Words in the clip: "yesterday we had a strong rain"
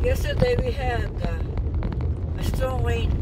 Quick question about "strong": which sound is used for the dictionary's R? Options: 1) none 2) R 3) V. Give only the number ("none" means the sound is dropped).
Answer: 1